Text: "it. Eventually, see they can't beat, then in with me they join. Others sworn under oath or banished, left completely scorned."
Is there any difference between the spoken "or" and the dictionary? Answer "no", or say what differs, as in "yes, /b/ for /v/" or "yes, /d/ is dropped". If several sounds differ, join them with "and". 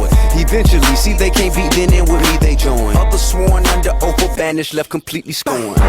yes, /l/ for /ɹ/